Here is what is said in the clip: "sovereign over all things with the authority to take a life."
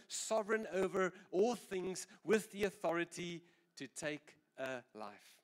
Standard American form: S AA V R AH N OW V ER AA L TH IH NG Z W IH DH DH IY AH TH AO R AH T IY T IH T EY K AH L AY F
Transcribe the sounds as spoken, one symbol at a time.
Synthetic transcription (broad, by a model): S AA V R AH N OW V ER AA L TH IH NG Z W IH DH DH IY AH TH AO R AH T IY T IH T EY K AH L AY F